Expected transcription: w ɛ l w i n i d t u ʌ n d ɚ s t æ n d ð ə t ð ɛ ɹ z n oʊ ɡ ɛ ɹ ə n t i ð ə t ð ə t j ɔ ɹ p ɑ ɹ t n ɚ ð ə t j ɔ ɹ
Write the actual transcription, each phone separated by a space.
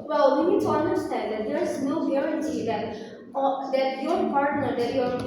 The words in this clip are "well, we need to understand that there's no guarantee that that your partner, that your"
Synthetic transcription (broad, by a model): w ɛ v i n i d t u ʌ n d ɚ s t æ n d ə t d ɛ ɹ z n oʊ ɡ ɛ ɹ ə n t i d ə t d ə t j ɔ ɹ p ɑ ɹ t n ɚ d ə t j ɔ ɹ